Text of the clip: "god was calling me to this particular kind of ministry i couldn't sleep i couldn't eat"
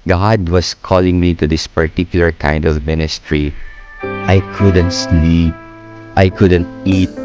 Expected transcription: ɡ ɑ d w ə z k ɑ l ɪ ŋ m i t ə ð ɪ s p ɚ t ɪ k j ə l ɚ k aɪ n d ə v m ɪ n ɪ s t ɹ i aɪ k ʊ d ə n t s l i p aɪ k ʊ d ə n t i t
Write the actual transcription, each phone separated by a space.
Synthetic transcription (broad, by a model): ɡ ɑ d w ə s k ɑ l ɪ ŋ m i t ə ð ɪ s p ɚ t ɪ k j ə l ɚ k aɪ n d ə v m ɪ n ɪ s t ɹ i aɪ k ʊ d ə n t s n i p aɪ k ʊ d ə n t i t